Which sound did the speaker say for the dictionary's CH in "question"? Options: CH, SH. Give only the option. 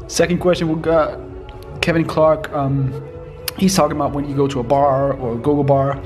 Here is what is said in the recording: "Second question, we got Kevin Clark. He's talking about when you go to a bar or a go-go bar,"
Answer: CH